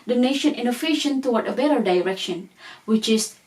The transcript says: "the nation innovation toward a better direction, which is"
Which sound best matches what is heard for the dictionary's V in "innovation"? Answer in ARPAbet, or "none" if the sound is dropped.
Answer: F